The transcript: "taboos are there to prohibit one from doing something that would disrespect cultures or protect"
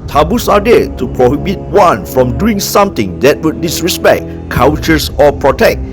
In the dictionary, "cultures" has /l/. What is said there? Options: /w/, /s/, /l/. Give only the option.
/w/